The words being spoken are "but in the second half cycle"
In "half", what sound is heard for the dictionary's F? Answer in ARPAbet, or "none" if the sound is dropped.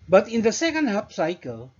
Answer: P